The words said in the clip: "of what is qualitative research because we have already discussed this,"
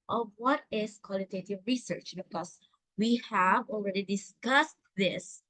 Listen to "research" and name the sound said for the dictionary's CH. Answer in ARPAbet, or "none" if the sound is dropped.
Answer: CH